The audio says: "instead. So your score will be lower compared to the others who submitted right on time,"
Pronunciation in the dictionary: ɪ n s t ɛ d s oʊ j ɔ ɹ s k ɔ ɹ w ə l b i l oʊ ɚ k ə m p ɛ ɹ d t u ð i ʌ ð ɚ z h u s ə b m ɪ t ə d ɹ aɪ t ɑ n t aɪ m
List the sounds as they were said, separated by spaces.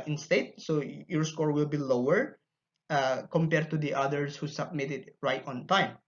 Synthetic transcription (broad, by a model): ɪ n s t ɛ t s oʊ j ɔ ɹ s k ɔ ɹ w ə l b i l oʊ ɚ k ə m p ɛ ɹ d t u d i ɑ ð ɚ s h u s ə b m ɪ t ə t ɹ aɪ t ɑ n t aɪ m